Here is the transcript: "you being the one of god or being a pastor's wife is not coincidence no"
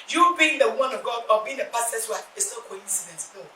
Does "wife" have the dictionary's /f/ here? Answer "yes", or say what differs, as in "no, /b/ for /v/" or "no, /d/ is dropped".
no, /f/ is dropped